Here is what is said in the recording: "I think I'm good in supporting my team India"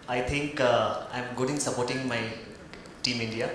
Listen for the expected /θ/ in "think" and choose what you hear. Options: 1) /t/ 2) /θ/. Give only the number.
1